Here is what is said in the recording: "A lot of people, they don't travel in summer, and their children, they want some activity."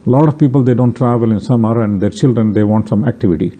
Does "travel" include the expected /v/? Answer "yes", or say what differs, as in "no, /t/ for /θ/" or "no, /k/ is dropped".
yes